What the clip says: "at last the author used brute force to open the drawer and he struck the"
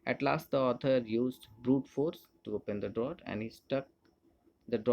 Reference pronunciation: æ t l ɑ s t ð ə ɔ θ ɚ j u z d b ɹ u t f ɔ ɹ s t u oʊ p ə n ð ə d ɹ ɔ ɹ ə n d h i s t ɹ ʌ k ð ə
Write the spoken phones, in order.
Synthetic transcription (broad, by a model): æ t l ɑ s t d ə ɔ t ɚ j u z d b ɹ u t f ɔ ɹ s t u oʊ p ə n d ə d ɹ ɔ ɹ ə n d h i s t ʌ k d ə